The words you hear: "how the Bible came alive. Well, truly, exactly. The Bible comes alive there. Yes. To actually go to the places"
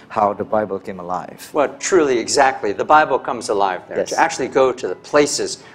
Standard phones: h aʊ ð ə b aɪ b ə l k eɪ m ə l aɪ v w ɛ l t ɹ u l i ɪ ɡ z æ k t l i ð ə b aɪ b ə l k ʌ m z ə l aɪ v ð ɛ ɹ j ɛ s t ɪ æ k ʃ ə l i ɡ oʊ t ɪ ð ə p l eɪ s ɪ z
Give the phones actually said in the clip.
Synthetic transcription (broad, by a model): h aʊ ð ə b aɪ b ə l k eɪ m ə l aɪ v w ɛ l t ɹ u l i ɪ ɡ z æ k t l i ð ə b aɪ b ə l k ʌ m z ə l aɪ v ð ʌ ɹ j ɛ t ɪ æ k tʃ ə l i ɡ oʊ t ɪ ð ə p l eɪ s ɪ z